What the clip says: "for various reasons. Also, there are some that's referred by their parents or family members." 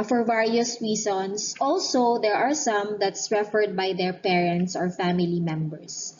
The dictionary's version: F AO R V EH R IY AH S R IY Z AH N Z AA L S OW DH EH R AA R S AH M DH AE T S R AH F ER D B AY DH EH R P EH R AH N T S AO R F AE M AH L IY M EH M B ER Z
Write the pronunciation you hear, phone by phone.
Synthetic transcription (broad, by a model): F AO R V EH R IY AH S R IY S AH N S AA L S OW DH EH R AA R S AH M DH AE T S R AH F ER D B AY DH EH R P EH R AH N T S AO R F AE M AH L IY M EH M B ER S